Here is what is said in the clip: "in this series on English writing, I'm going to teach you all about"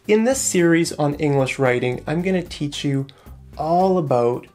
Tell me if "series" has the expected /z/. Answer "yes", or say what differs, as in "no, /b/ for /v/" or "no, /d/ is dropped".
yes